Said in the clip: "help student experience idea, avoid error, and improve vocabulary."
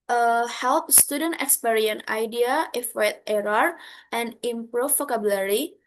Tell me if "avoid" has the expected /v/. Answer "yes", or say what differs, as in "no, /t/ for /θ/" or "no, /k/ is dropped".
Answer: no, /f/ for /v/